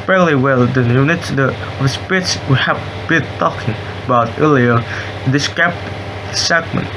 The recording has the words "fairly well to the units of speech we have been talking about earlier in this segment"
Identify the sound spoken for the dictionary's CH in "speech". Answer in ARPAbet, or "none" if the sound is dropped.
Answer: S